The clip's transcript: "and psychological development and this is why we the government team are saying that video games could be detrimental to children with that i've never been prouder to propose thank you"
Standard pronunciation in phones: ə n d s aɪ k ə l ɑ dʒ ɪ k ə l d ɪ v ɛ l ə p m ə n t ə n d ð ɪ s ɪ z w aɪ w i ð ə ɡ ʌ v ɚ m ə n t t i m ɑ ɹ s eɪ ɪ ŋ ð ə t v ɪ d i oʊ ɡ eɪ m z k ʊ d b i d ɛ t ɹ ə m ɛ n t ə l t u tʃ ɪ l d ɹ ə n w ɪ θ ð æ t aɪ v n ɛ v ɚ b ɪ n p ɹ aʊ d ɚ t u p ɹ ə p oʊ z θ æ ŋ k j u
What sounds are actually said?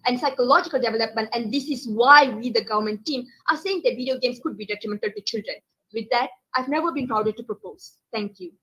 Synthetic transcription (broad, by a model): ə n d s aɪ k ə l ɑ dʒ ɪ k ə l d ɪ v ɛ l ə p m ə n t ə n d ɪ s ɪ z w aɪ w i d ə ɡ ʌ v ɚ m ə n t t i m ɑ ɹ s eɪ ɪ ŋ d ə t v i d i oʊ ɡ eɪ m s k ʊ d b i d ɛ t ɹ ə m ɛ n t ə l t u tʃ ɪ l d ɹ ə n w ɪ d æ t aɪ v n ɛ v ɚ b ɪ n p ɹ aʊ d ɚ t u p ɹ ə p oʊ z t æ ŋ k j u